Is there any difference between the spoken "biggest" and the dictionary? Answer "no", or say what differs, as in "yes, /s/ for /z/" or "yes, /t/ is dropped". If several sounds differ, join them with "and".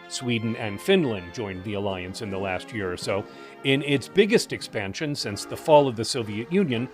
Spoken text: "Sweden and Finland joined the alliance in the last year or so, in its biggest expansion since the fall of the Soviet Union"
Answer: no